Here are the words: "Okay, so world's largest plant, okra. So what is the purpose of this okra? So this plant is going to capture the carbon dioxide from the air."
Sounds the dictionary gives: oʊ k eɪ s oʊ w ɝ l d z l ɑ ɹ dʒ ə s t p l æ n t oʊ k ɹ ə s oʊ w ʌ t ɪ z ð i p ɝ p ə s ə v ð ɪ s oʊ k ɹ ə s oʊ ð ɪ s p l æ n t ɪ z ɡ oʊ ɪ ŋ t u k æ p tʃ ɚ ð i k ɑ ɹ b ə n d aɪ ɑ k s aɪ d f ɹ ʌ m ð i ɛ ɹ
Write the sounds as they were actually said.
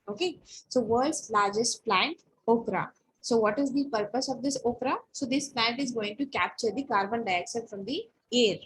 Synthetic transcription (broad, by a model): oʊ k eɪ s oʊ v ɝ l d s l ɑ ɹ dʒ ə s t p l æ n t oʊ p ɹ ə s oʊ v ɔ t ɪ z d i p ɝ p ə s ə v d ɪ s oʊ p ɹ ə s oʊ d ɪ s p l æ n t ɪ z ɡ oʊ ɪ ŋ t u k æ p tʃ ɚ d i k ɑ ɹ b ə n d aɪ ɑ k ʃ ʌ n f ɹ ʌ m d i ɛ ɹ